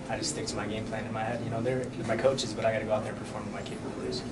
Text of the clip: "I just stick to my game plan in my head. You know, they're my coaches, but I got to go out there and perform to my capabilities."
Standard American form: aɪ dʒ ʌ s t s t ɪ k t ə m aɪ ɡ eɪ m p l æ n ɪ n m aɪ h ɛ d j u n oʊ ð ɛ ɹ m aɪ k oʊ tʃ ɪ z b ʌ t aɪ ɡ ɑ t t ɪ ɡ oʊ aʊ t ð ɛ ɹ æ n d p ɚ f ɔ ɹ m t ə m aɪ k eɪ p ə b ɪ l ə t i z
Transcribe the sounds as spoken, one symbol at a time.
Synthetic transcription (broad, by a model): aɪ dʒ ʌ s t s t ɪ k t ə m aɪ ɡ eɪ m p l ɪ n ɪ n m aɪ h ɛ d j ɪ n oʊ ð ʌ ɹ m aɪ k oʊ tʃ ɪ z b ʌ t aɪ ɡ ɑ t t ɪ ɡ oʊ aʊ t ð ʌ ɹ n p ɚ f ɔ ɹ m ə m aɪ k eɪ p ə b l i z